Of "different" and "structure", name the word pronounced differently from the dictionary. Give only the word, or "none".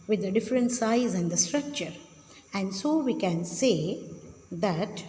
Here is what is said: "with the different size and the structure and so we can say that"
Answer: none